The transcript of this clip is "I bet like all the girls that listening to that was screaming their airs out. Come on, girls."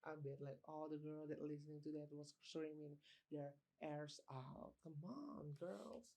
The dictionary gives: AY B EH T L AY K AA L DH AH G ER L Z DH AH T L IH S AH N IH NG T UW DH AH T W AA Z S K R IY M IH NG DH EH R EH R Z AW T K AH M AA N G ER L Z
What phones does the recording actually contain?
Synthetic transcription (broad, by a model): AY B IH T L AY K AA L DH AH G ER L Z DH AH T L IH S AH N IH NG T UW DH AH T W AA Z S R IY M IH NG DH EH R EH R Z AW T K AH M AA N G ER L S